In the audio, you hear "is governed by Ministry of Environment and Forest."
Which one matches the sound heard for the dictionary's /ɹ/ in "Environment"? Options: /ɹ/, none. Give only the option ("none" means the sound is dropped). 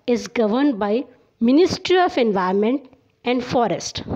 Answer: none